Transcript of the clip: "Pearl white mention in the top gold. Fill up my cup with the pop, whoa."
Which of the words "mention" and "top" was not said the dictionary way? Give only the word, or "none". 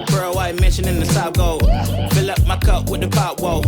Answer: top